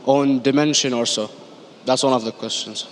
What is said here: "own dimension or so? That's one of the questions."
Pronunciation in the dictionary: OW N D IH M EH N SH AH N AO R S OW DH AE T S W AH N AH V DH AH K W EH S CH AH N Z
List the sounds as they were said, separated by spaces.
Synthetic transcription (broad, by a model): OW N D IH M EH N SH AH N AO R S OW DH AE T S W AH N AH V DH AH K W EH S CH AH N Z